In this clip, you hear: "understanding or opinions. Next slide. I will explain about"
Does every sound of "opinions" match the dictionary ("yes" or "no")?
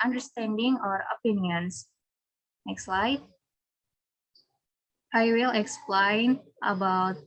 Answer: no